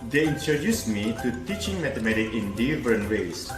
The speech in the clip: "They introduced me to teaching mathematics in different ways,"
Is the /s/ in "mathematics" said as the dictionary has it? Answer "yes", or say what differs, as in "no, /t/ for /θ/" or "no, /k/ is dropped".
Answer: no, /s/ is dropped